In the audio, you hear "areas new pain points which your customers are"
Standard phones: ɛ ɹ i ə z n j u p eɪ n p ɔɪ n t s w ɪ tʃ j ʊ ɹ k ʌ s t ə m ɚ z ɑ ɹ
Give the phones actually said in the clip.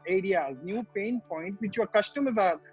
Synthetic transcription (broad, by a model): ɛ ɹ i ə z n j u p eɪ n p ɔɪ n t w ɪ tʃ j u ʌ k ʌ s t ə m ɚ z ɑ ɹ